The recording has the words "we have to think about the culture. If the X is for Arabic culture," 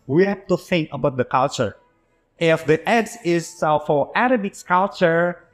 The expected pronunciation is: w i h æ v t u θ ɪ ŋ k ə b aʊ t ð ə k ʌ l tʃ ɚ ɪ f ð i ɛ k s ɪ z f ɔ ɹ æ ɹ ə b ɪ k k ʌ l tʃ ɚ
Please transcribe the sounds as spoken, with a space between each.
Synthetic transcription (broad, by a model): w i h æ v t u θ ɪ ŋ k ə b aʊ t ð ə k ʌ l tʃ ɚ ɪ f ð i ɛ s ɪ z f ɔ ɹ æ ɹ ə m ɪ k k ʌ l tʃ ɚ